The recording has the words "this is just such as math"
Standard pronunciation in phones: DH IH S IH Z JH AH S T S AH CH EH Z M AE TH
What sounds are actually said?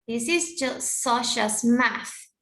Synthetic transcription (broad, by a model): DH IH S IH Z JH AH S T S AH SH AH S M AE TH